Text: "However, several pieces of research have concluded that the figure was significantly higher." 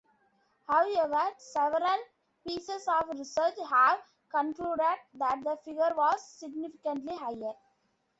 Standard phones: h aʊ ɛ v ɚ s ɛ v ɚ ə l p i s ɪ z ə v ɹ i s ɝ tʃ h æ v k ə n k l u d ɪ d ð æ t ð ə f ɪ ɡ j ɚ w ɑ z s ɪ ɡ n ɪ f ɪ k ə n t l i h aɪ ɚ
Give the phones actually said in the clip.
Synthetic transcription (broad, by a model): h aʊ ɛ v ɚ s ɛ v ɚ ə l p i s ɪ s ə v ɹ i s ɝ tʃ h æ v k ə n k l u d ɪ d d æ t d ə f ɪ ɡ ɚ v ɑ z s ɪ ɡ n ɪ f ɪ k ə n t l i h aɪ ɚ